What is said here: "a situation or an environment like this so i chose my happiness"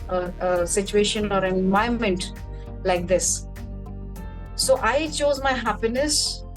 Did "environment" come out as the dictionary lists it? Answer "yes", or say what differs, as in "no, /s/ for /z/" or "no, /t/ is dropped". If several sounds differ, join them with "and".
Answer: no, /ɹ/ is dropped